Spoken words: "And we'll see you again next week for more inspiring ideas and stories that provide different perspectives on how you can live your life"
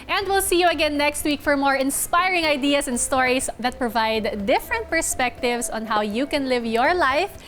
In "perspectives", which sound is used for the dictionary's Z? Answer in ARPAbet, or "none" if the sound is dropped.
S